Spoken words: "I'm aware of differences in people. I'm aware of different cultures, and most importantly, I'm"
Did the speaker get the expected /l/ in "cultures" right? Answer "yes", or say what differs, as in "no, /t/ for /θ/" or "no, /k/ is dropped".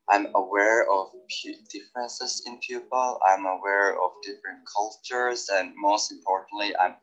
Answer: yes